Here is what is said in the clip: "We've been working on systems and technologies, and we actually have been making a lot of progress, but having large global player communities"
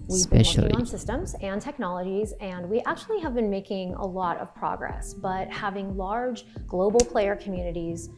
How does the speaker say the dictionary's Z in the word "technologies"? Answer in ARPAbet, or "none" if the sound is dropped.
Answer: Z